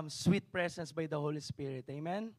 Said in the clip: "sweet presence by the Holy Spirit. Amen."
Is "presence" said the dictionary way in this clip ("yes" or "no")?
no